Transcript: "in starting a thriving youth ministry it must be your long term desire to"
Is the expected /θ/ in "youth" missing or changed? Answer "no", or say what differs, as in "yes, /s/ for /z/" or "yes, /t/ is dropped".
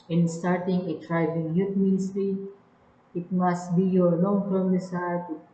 yes, /t/ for /θ/